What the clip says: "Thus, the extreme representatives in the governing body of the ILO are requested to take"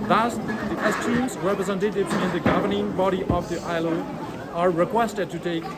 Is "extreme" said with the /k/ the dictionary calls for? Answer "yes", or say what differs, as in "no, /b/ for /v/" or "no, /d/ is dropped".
no, /k/ is dropped